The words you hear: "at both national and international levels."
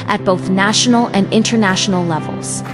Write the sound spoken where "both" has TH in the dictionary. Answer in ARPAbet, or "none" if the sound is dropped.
TH